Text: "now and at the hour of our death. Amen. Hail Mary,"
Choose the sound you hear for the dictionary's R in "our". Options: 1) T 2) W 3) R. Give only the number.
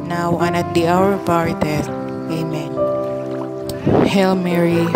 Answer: 3